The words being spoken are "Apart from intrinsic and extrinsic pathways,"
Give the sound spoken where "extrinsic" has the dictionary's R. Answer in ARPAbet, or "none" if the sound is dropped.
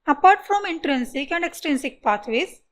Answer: none